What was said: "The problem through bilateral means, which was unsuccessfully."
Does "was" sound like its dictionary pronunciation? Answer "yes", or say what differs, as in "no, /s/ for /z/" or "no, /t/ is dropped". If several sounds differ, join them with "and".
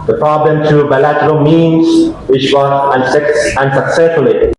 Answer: no, /s/ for /z/